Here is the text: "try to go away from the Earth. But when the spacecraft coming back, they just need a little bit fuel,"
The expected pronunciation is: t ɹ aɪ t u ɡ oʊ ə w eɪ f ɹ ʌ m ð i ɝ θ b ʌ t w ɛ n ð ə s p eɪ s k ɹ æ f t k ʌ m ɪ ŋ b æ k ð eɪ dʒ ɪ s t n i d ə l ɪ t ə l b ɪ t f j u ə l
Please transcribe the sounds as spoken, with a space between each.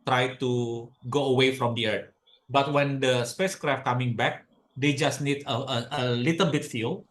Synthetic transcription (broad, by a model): t ɹ aɪ t u ɡ oʊ ə w eɪ f ɹ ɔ m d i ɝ t b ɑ t w ɛ n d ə s p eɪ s k ɹ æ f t k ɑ m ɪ ŋ b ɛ k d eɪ dʒ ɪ s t n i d ə l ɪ t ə l b ɪ t f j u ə l